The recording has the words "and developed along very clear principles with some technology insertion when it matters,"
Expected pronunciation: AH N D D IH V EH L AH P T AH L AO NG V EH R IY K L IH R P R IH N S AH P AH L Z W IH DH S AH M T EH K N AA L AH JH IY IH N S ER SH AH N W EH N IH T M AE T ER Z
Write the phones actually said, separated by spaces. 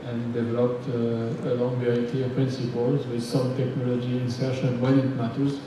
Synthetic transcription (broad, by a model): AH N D D IH V EH L AH P T AH L AO NG V EH R IY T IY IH P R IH N S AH P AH L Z W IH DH S AH M T EH K N AA L AH JH IY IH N S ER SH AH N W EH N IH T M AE T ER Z